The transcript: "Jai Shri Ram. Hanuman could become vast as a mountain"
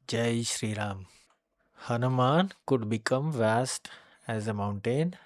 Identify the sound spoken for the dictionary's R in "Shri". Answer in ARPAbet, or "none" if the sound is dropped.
R